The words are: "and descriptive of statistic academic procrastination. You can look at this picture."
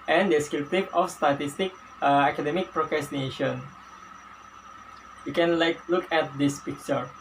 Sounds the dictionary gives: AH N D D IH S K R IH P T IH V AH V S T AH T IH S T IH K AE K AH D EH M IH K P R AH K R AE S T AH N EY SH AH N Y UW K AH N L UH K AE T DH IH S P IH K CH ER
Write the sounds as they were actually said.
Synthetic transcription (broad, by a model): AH N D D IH S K IH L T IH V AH F S T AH T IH S T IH K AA K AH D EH M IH K P R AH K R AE S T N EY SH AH N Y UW K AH N L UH K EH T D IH S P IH K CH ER